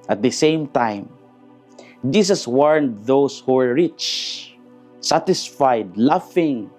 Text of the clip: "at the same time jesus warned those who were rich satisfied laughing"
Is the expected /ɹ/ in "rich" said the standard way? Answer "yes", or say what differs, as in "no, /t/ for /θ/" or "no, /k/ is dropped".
yes